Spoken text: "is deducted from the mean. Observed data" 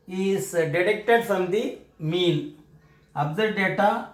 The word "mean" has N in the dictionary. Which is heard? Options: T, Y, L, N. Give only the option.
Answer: L